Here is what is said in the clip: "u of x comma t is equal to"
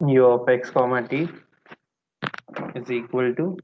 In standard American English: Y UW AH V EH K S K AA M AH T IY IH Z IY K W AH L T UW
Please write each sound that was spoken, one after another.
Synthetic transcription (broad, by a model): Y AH P EH K S K AA M AH T IY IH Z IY K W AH L T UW